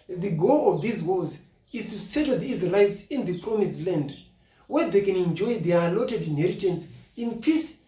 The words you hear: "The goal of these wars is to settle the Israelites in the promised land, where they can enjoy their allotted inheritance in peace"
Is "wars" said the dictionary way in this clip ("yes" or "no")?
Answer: no